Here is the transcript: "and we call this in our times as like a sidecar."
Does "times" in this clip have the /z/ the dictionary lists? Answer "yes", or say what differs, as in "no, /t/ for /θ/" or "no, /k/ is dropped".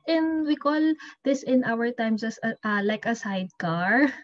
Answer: no, /s/ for /z/